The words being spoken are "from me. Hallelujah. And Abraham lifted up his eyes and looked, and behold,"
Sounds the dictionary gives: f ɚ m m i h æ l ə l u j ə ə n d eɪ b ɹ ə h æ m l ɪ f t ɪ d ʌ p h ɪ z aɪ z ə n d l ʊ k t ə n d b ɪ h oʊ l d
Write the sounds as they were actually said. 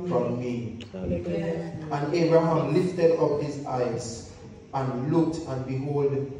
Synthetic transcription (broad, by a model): f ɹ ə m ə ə n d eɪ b ɹ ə h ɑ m l ɪ f t ɪ d ʌ p h ɪ z aɪ z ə n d l ʊ k t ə n b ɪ h oʊ l d